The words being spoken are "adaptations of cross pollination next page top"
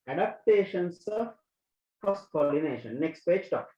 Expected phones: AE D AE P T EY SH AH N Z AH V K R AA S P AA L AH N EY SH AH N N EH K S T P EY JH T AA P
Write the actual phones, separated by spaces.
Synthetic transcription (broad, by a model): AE D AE P T EY SH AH N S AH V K AA S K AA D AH N EY SH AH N N EH K S T P EY JH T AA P